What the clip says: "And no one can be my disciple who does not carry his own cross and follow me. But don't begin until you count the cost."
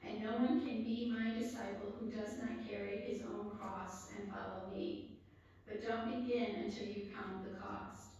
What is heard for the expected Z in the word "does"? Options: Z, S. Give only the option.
Z